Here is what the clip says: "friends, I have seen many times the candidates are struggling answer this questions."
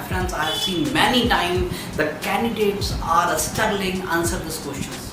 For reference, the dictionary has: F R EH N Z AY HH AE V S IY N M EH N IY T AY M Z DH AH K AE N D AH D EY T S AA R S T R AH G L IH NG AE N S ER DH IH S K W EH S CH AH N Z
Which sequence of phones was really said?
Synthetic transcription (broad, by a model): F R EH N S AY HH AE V S IY N M EH N IY T AY M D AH K AE N D AH D EY T S AA R S T AH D L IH NG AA N S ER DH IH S K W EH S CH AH N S